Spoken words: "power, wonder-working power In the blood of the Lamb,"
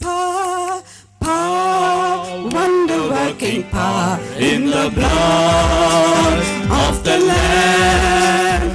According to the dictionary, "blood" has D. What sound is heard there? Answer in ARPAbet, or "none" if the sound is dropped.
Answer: none